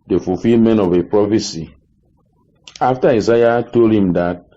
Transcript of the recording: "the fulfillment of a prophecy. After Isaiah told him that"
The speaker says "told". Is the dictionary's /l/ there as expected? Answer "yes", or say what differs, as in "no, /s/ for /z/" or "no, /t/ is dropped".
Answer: yes